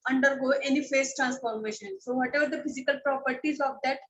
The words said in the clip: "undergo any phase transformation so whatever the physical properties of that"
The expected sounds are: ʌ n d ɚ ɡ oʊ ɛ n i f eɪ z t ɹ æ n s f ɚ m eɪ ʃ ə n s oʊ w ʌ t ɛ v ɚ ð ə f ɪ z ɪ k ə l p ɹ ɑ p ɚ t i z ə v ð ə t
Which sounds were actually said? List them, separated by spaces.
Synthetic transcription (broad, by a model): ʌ n d ɚ ɡ oʊ ɛ n i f eɪ s t ɹ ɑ n s f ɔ m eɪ ʃ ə n s oʊ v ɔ t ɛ v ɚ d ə f ɪ z ɪ k ə l p ɹ ɑ p ɚ t i z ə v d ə t